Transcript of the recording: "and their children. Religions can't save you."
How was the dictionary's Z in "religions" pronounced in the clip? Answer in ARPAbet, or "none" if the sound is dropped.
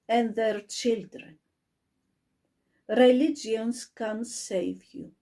S